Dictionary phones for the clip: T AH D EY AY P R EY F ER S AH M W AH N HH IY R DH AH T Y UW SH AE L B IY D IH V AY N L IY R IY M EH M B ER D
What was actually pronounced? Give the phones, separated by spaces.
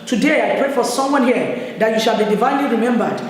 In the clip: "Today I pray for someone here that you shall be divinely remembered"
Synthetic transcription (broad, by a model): T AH D EY AY P R EY F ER S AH M W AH N HH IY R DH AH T Y UW SH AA L B IY D IH V AY N L IY R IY M EH M B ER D